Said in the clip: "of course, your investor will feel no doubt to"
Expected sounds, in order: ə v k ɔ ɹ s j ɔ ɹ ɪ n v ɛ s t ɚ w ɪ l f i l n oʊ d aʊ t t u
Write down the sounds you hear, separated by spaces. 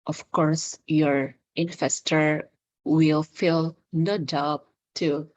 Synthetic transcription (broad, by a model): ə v k ɔ ɹ s j ɔ ɹ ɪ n f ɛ s t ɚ w ɪ l f i l n oʊ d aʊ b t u